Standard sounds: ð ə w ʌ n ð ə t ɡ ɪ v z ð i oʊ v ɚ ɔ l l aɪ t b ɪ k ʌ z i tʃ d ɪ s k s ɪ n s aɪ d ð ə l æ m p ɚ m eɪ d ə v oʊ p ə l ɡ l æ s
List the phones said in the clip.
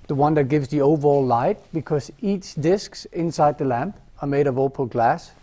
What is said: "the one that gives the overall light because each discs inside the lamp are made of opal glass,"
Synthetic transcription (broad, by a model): ð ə w ʌ n ð ə t ɡ ɪ v z ð i oʊ v ɚ ɔ l l aɪ t b ɪ k ʌ z i tʃ d ɪ s k s ɪ n s aɪ d ð ə l æ m p ɚ m eɪ d ə v oʊ p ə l ɡ l æ s